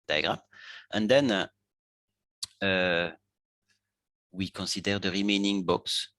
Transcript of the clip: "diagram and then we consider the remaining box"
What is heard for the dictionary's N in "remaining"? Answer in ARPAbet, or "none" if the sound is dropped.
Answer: N